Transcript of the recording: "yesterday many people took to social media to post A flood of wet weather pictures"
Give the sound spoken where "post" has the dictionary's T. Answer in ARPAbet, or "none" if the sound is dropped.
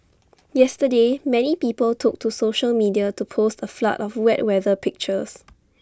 T